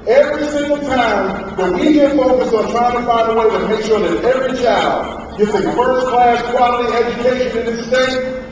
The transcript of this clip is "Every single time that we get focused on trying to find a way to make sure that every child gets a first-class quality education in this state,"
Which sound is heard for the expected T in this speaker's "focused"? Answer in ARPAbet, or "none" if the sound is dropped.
none